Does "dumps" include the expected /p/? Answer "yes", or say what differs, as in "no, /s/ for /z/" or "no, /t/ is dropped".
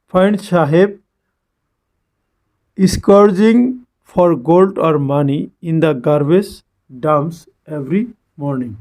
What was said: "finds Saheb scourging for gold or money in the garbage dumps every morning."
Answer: no, /p/ is dropped